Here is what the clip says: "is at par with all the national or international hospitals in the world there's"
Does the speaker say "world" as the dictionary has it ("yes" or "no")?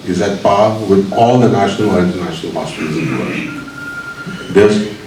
no